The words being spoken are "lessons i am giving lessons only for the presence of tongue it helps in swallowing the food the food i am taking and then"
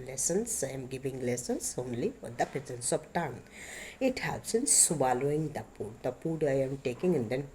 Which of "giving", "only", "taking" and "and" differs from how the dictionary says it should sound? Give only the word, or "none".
none